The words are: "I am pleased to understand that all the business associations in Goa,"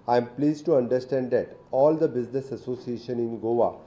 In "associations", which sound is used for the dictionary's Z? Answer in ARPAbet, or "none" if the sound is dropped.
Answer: none